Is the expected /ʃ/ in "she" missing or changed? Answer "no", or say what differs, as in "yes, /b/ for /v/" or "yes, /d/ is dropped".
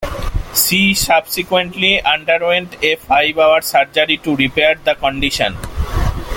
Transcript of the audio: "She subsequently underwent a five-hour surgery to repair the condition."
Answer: yes, /s/ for /ʃ/